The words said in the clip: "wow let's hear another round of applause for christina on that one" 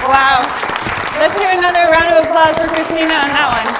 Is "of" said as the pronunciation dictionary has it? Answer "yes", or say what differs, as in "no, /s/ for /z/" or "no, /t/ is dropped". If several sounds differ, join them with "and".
yes